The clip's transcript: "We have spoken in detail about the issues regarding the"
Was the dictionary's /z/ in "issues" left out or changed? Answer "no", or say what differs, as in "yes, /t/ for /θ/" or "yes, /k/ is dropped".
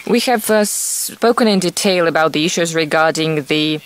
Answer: no